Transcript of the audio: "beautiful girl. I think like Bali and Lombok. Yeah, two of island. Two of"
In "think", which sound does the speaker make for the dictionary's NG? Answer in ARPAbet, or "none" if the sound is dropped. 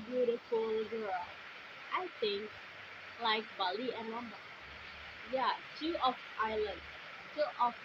NG